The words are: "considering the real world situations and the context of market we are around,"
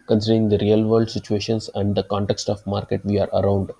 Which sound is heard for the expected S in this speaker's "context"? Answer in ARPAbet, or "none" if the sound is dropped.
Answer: S